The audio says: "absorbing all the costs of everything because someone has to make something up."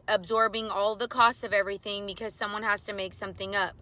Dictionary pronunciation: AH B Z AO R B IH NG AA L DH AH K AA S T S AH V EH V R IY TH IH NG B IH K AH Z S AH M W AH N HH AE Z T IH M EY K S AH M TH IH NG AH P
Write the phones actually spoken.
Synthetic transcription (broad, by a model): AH B Z AO R B IH NG AA L DH AH K AA S T S AH V EH V R IY TH IH NG B IH K AH Z S AH M W AH N HH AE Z T IH M EY K S AH M TH IH NG AH P